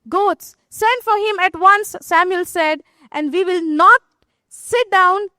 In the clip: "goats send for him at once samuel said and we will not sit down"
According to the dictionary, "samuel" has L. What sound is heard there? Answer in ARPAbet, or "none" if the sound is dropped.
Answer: L